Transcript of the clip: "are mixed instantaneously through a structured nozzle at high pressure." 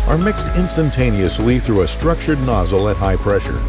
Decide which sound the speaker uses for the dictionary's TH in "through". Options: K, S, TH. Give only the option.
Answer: TH